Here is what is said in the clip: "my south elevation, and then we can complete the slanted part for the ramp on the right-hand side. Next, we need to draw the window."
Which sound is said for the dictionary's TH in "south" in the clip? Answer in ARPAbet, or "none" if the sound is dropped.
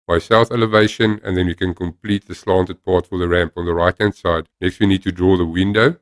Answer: TH